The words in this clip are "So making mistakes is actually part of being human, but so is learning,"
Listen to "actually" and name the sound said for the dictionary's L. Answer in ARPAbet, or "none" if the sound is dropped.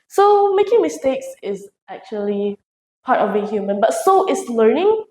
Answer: L